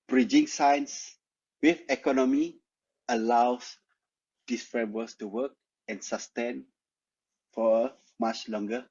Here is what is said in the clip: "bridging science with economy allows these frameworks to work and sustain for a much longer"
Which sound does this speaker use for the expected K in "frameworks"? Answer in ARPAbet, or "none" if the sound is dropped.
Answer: none